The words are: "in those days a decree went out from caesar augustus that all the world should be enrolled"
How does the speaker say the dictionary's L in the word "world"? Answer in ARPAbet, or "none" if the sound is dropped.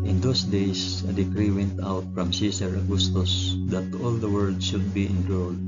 none